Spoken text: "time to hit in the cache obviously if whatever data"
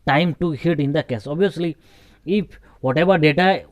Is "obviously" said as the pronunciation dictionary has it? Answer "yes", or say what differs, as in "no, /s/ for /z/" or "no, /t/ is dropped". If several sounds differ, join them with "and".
no, /v/ is dropped